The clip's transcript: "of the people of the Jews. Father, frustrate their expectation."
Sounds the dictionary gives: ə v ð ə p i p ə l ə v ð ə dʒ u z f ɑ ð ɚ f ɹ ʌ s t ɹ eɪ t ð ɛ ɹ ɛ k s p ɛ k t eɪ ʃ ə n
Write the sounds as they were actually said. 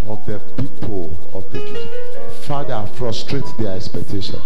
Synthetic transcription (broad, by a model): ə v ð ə p i p ə l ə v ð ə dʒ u f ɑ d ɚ f ɹ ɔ s t ɹ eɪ t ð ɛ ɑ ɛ k s p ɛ k t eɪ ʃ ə n